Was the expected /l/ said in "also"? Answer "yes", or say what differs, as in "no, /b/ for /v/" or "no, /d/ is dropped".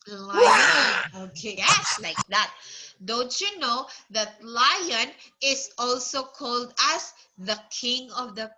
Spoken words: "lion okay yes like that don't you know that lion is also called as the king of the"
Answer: yes